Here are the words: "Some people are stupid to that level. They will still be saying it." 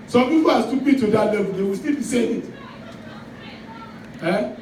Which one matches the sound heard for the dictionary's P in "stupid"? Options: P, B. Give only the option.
B